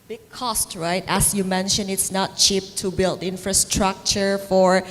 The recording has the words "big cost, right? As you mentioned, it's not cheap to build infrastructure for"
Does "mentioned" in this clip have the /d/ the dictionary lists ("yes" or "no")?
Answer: no